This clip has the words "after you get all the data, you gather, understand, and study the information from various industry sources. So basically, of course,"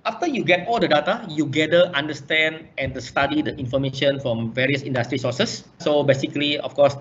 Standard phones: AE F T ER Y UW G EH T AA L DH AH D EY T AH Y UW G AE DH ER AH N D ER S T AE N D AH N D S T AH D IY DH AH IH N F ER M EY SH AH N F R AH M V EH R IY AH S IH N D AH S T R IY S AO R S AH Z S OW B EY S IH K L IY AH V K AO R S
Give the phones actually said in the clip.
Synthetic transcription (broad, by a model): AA F T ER Y UW G EH T AA L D AH D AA T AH Y UW G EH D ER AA N D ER S T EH N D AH N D S T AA D IY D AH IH N F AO M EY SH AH N F R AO M V EH R IY AH S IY N D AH S T R IY S AO S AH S S OW B EY S IH K L IY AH F K AO S